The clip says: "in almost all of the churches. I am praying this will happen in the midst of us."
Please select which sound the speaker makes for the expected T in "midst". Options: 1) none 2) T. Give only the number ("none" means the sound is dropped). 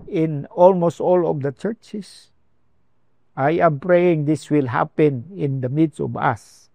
1